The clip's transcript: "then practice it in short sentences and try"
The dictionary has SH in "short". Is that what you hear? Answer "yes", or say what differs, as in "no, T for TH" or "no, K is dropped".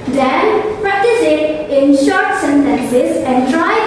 yes